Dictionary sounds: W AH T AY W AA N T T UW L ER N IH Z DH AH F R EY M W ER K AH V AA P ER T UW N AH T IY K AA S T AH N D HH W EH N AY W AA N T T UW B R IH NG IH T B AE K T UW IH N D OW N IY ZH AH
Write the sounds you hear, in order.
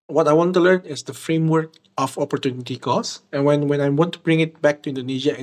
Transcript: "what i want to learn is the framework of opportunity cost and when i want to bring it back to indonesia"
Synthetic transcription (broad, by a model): W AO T AY W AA N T T UW L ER N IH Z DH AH F R EY M W ER K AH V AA P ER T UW N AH T IY K AA S AH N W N W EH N AY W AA N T T UW B R IH NG IH T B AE K T UW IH N D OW N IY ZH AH